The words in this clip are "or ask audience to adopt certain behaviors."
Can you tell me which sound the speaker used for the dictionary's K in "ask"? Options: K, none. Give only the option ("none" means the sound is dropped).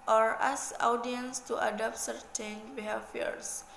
none